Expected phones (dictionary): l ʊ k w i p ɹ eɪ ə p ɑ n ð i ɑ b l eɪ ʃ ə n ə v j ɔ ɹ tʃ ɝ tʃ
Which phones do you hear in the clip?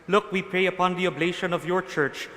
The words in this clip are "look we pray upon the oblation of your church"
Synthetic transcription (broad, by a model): l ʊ k w i p ɹ eɪ ə p ɑ n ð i ɑ b l eɪ ʃ ə n ə v j ɔ ɹ tʃ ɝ tʃ